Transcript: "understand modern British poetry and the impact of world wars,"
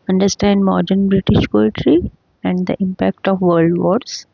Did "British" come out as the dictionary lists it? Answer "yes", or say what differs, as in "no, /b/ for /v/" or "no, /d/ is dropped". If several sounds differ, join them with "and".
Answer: yes